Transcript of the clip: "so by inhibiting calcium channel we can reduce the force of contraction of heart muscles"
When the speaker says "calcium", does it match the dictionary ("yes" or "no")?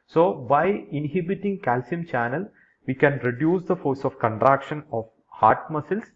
yes